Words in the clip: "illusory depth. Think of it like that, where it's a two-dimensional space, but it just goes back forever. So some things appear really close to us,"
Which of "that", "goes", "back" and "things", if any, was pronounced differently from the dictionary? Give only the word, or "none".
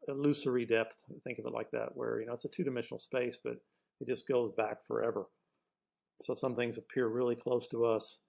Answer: none